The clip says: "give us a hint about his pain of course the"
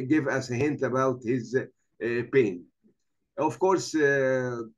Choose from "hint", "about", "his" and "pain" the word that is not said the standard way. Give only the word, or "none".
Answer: none